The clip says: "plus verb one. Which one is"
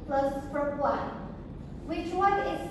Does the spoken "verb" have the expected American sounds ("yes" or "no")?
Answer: no